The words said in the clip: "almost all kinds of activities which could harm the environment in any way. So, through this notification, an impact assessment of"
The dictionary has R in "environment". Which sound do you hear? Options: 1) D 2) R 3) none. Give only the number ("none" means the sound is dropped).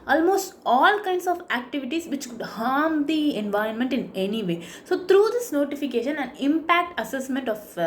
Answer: 2